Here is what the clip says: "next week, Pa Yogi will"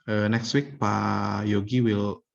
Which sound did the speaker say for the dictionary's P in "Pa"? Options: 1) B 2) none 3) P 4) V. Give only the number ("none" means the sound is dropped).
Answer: 3